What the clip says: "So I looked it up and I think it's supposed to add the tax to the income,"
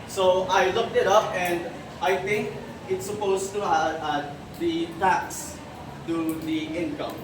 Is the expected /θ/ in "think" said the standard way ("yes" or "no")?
no